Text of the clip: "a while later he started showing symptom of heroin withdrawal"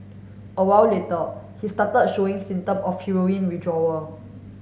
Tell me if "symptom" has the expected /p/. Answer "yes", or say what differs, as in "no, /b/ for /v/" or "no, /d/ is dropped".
no, /p/ is dropped